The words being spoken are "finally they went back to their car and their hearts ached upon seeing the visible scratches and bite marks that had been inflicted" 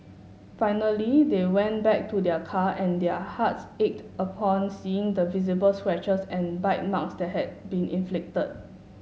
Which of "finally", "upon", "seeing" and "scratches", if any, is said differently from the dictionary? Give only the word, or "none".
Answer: scratches